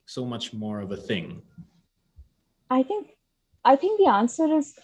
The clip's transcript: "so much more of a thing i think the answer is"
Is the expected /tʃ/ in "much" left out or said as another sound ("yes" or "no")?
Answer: no